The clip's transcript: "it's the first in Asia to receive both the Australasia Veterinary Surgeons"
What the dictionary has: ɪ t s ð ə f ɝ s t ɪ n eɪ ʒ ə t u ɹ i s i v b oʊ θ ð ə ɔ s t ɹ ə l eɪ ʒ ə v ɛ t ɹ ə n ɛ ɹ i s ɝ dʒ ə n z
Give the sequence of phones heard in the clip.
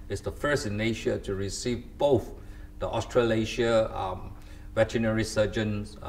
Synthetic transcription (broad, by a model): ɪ t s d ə f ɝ s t ɪ n eɪ ʃ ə t u ɹ i s i v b oʊ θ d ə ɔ s t ɹ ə l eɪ ʃ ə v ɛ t ə n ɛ ɹ i s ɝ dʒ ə n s